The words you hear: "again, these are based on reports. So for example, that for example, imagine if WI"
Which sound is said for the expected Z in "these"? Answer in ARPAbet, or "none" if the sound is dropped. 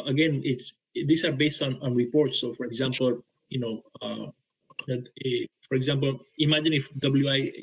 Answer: S